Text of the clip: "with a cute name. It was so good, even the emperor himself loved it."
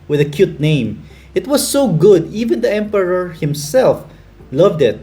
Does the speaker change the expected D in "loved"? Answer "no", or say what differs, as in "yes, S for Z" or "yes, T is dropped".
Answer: no